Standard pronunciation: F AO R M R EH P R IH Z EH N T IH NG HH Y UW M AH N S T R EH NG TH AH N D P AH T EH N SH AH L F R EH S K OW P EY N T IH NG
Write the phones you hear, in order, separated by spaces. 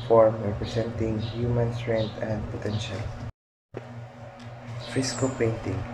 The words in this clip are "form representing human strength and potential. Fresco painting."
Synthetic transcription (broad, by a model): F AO R M R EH P R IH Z EH N T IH NG HH Y UW M AH N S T R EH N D AH N D P AH T EH N SH AH L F IH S K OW P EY N T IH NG